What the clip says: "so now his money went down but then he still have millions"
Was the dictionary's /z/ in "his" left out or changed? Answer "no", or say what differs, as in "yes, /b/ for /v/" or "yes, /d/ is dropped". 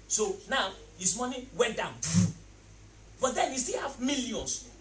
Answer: yes, /s/ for /z/